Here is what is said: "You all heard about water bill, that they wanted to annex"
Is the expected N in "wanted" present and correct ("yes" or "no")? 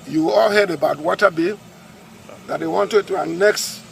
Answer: yes